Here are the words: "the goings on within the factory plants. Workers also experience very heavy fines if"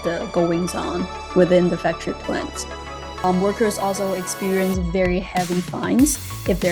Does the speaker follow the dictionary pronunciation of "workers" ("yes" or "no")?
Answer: yes